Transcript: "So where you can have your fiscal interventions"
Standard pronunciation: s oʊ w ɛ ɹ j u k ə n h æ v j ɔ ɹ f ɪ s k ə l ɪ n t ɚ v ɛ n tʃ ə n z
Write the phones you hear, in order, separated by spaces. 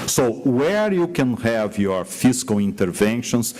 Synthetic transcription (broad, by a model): s oʊ w ɛ ɹ j u k ə n h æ v j ɔ ɹ f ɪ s k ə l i n t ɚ v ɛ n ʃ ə n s